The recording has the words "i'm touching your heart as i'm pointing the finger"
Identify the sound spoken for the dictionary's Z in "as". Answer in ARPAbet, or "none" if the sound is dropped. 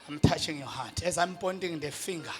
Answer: Z